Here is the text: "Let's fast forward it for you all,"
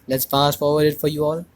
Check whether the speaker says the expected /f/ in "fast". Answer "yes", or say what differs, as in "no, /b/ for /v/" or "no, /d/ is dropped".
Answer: no, /p/ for /f/